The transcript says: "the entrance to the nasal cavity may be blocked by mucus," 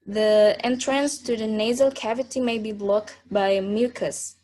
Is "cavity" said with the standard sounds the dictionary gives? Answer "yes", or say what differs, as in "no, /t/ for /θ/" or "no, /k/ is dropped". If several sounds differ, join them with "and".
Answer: yes